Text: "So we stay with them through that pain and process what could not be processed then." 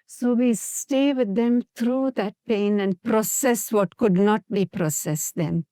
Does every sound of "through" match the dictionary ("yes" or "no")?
no